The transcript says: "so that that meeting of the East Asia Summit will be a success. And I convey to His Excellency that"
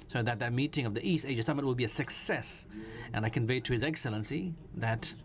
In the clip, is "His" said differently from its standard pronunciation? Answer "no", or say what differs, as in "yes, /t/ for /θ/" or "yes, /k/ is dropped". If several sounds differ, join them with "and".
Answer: no